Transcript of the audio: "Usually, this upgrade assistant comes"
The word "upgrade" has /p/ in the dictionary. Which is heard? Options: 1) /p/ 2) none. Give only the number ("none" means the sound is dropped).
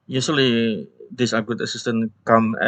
2